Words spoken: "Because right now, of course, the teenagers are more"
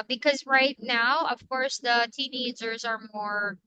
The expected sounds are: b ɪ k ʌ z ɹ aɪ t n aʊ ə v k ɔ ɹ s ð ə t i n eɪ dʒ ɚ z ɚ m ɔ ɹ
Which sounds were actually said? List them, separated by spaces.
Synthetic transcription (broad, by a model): b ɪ k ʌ z ɹ aɪ t n aʊ ə v k ɔ ɹ s ð ə t i n eɪ dʒ ɚ z ɚ m ɔ ɹ